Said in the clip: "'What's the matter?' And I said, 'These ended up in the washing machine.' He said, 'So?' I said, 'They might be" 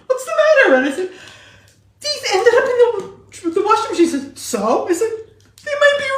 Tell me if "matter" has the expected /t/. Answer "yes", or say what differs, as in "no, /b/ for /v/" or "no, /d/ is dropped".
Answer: yes